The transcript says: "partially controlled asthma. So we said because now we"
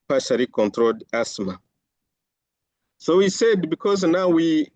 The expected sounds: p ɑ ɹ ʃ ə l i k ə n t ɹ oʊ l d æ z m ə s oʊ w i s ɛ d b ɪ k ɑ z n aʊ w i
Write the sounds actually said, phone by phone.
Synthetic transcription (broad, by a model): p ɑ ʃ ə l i k ə n t ɹ oʊ l d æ s m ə s oʊ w i s ɛ d b ɪ k ɑ z n aʊ w i